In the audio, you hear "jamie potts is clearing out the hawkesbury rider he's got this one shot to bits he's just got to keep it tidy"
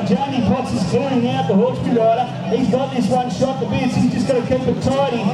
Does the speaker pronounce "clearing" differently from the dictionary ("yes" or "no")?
yes